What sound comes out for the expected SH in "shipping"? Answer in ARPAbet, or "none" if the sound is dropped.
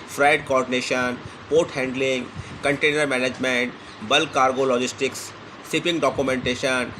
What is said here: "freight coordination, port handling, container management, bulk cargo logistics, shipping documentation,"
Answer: S